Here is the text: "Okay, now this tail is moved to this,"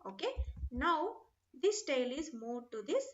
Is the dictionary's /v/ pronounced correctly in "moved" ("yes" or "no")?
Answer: no